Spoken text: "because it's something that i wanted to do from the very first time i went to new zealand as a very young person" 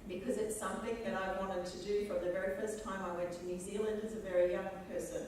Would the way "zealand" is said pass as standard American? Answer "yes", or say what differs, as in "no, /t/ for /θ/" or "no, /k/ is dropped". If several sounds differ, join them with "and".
yes